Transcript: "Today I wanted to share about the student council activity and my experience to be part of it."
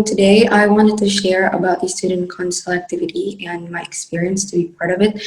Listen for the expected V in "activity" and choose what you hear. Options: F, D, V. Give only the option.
V